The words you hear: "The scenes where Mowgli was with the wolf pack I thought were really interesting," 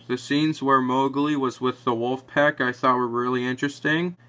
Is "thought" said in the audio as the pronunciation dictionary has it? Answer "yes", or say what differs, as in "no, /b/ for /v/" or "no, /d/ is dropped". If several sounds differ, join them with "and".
yes